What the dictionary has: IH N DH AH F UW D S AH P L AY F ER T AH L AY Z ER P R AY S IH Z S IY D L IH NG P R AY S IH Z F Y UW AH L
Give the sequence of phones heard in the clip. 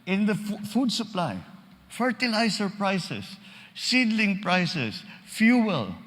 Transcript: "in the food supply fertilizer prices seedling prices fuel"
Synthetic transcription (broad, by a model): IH N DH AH F UW D S AH P L AY F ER T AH L AY S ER P R AY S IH S IY D L IH NG P R AY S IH S F Y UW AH L